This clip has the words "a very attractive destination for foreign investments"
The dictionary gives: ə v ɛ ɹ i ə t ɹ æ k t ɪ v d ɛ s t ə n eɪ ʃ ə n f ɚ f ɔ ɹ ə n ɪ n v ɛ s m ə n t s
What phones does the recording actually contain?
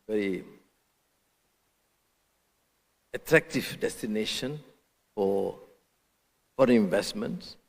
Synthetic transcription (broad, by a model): v ɛ ɹ i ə t ɹ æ k t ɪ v d ɛ s t ə n eɪ ʃ ə n f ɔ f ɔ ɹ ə ɪ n v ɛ s m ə n t s